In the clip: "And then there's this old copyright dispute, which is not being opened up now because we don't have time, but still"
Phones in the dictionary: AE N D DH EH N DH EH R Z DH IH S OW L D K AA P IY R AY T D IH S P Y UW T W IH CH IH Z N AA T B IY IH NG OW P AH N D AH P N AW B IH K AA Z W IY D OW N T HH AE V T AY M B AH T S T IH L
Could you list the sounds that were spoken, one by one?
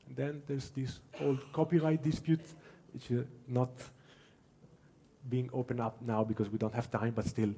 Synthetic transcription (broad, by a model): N D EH N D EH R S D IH S OW L D K AA P IY R AY T D IH S P Y UW T W IH CH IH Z N AA T B IY IH NG OW P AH N AH P N AW B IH K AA S W IY D OW N T HH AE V T AY M B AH T S T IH L